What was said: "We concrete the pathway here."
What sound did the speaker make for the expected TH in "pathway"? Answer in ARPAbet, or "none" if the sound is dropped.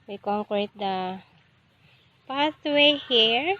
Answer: T